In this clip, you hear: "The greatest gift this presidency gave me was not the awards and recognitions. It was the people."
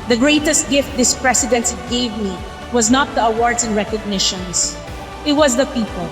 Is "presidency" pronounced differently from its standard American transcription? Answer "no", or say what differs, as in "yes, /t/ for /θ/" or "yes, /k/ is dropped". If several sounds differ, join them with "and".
yes, /s/ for /z/